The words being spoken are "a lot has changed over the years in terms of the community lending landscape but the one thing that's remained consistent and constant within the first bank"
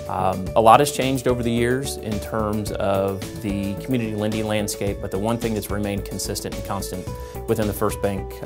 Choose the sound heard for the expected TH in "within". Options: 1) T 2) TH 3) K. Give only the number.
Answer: 2